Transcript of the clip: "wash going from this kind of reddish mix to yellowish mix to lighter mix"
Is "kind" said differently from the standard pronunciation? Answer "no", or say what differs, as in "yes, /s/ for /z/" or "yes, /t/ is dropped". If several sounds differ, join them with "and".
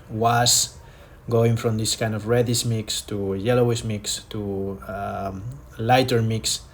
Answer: no